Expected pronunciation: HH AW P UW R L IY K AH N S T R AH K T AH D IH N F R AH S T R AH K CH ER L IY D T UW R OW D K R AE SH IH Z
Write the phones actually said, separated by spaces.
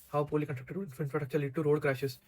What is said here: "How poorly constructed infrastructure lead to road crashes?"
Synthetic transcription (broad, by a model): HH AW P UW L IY K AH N T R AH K T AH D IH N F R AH T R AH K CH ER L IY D T UW R OW D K R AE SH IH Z